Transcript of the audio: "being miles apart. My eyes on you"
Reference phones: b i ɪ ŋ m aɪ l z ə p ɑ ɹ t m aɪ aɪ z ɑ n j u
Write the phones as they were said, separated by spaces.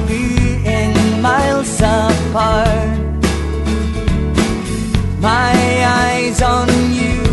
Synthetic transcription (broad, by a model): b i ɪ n m aɪ l s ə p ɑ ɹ m aɪ aɪ z n j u